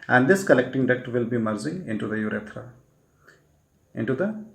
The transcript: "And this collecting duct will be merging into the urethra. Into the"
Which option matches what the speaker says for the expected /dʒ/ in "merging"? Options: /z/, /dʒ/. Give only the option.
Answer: /z/